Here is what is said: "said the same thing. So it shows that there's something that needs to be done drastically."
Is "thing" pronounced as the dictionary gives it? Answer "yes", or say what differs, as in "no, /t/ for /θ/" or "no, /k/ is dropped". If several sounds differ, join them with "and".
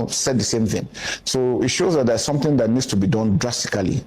yes